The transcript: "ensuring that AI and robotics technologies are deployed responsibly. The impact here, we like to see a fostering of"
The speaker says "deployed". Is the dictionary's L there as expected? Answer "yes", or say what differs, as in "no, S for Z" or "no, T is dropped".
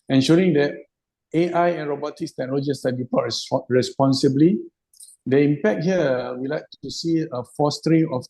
no, L is dropped